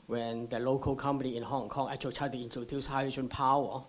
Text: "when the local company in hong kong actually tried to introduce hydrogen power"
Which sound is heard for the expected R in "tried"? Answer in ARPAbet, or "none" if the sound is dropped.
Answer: none